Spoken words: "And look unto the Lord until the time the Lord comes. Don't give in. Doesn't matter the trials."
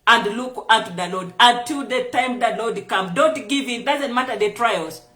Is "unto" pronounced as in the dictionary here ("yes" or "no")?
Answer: no